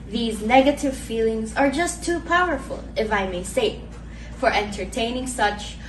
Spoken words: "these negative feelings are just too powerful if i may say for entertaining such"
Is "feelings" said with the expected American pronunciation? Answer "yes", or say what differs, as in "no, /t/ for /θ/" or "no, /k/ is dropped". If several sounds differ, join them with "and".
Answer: yes